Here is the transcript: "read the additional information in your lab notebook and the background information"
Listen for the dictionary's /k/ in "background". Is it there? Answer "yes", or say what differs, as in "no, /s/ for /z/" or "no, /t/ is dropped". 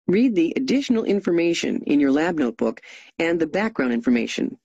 yes